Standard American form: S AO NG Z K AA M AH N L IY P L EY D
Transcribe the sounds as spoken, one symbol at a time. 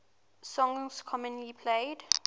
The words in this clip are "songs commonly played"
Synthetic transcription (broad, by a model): S AO NG S K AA M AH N IY P L EY D